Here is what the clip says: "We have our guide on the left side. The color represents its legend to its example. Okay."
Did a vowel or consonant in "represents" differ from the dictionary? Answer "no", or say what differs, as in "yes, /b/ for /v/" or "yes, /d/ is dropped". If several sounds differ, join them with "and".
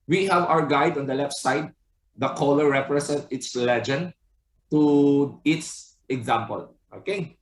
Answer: yes, /s/ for /z/ and /s/ is dropped